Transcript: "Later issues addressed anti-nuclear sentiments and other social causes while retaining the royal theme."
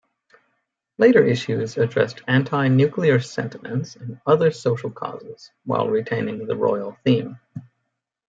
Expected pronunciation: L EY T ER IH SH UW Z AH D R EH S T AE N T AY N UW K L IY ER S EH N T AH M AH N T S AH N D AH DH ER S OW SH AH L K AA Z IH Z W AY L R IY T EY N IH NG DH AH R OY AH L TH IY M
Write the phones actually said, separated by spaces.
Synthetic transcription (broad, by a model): L EY T ER IH SH UW Z AH D R EH S T AE N T AY N UW K L IY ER S EH N T AH M AH N T S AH N AH DH ER S OW SH L K AA Z IH Z W AY L R IY T EY N IH NG DH AH R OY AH L TH IY M